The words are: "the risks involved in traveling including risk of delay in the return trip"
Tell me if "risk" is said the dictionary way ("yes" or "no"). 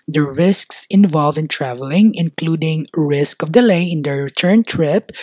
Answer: yes